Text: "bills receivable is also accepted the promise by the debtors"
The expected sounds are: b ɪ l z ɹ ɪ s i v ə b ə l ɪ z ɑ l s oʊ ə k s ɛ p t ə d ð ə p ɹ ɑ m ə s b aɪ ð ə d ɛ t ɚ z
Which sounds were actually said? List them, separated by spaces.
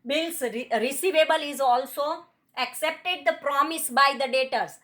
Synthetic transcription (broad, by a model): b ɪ l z ɹ ɪ s i v ə b ə l ɪ z ɑ l s oʊ ə k s ɛ p t ə d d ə p ɹ ɑ m ə s b aɪ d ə d ɛ t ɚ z